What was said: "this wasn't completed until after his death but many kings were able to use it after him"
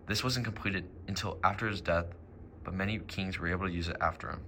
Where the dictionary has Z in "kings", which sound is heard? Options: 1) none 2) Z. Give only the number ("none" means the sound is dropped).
2